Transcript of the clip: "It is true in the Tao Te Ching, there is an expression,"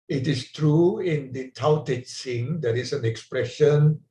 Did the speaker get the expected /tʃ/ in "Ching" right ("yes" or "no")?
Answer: no